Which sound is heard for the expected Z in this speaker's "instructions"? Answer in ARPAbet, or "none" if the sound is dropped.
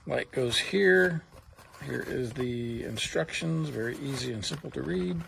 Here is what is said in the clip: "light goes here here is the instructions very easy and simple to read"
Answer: Z